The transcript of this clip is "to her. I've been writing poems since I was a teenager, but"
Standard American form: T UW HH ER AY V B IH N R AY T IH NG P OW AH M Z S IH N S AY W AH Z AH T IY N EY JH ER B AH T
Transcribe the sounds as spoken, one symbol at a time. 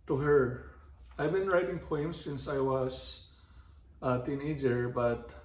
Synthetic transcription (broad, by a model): T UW HH ER AY V B IH N R AY T IH NG P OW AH M S IH N S AY W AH S AH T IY N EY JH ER B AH T